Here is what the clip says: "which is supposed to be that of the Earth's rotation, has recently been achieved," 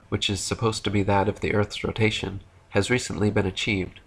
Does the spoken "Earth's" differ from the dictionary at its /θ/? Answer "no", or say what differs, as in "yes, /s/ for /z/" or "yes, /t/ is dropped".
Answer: no